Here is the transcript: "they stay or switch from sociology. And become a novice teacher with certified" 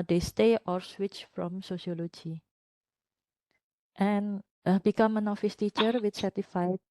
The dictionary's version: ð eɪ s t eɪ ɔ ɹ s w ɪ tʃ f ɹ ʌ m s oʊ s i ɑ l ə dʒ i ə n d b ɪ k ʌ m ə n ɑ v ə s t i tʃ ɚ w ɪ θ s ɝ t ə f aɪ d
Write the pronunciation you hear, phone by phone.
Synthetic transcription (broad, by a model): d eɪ s t eɪ ɔ ɹ s w ɪ tʃ f ɹ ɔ m s oʊ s i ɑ l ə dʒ i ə n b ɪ k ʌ m ə n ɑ f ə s t i tʃ ɚ w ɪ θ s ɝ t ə f aɪ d